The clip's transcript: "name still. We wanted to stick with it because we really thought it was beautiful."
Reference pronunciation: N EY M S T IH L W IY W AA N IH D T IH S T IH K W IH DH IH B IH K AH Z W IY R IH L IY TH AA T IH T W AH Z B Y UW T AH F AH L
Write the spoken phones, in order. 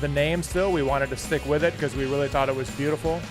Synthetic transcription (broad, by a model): N EY M S T IH L W IY W AA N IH D T IH S T IH K W IH DH IH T K AH Z W IY R IH L IY TH AA T IH T W AH Z B Y UW T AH F L